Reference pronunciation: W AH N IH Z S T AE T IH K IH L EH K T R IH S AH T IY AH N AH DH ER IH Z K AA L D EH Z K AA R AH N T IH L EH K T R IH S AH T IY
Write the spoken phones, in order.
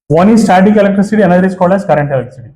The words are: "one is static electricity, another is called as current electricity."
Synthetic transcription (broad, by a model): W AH N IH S T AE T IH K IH L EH K T R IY S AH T IY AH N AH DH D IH S K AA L AH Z K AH R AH N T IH L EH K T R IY S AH T IY